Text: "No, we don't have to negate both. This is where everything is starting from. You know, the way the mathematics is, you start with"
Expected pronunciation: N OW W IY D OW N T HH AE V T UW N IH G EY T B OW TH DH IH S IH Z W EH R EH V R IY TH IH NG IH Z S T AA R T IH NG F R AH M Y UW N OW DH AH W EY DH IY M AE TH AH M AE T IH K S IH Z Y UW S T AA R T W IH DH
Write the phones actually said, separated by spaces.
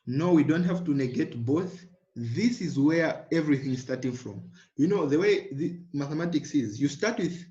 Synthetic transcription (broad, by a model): N OW W IY D OW N T HH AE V T UW N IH G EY T B OW TH DH IH S IH Z W EH R EH V R IY TH IH NG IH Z S T AA R T IH NG F R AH M Y UW N OW DH AH W EY DH IY M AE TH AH M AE T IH K S IH Z Y UW S T AA R T W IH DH